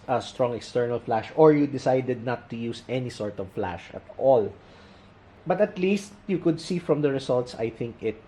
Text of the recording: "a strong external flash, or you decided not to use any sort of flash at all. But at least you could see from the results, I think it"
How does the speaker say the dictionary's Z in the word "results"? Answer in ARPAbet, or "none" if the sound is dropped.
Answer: S